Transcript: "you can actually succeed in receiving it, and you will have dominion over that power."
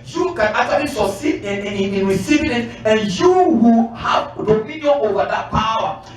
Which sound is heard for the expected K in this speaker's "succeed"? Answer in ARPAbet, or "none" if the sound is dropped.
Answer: none